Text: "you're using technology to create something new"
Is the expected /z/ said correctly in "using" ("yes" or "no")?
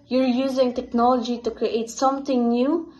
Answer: yes